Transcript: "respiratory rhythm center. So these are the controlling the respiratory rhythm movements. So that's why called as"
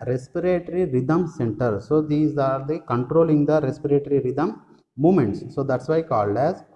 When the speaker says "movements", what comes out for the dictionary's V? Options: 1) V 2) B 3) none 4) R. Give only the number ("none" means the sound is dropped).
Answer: 3